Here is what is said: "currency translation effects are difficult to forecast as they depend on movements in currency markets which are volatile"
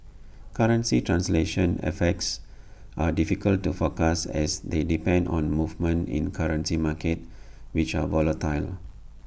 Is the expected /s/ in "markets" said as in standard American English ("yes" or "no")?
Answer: no